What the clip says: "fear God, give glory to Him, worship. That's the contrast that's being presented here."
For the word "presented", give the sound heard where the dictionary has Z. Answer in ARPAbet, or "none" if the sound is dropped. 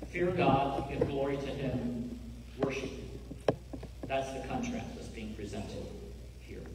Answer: Z